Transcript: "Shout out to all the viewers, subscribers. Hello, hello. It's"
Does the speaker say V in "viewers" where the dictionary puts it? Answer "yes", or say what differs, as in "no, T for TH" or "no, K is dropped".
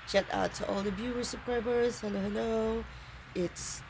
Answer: no, B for V